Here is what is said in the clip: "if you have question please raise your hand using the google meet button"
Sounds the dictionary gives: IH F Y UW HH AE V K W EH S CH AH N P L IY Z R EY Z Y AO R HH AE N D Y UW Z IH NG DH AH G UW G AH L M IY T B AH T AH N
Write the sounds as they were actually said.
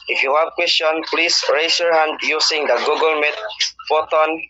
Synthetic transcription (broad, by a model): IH F Y UW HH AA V K W EH S CH AH N P L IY S R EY S Y AO R HH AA N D Y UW S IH NG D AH G UW G AH L M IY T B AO T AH N